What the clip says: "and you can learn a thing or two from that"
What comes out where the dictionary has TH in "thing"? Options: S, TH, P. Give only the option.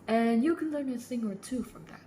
S